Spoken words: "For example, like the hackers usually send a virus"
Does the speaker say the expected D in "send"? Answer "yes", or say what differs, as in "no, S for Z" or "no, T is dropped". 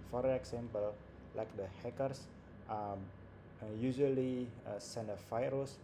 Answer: no, D is dropped